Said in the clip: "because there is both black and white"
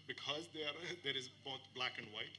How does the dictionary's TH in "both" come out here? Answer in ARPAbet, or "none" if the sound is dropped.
TH